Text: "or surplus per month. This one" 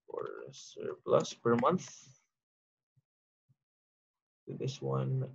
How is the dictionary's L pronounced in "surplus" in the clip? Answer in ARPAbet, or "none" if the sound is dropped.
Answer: L